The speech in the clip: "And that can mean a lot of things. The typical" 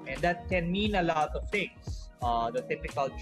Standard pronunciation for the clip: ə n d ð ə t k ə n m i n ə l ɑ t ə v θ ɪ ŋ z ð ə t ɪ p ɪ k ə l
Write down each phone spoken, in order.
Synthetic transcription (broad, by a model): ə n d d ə t k ə n m i n ə l ɑ t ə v t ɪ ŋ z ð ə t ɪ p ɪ k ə l